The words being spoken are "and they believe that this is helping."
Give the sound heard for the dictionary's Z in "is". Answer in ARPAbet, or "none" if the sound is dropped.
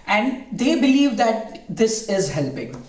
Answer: Z